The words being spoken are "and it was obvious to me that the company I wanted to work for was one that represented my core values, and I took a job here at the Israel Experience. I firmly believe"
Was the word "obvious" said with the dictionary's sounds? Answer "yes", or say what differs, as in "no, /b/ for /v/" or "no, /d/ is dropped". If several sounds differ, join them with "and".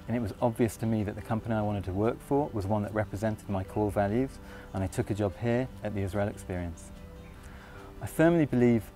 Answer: yes